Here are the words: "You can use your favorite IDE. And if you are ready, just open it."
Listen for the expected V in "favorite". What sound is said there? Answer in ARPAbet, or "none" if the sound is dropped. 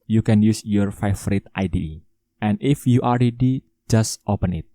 F